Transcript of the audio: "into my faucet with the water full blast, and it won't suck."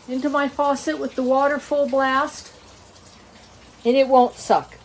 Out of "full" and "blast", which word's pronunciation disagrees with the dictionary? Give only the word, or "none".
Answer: none